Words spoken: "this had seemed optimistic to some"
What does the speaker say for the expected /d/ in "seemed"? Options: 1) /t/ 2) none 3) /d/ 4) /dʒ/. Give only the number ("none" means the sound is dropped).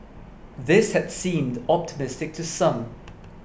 3